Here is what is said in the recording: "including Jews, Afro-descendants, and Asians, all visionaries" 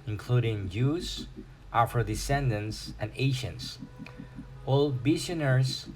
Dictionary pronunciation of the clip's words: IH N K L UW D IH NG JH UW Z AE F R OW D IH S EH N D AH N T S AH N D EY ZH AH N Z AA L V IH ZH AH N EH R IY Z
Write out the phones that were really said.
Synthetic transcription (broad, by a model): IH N K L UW D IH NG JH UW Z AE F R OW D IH S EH N D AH N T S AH N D EY SH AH N S AA L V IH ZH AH N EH R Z